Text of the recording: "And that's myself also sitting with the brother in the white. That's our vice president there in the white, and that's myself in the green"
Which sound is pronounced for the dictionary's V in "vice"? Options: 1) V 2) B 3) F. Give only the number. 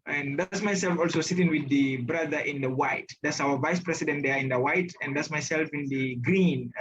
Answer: 1